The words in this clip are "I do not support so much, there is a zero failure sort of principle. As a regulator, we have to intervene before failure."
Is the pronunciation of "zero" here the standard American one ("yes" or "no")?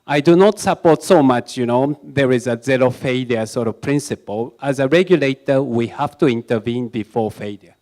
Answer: no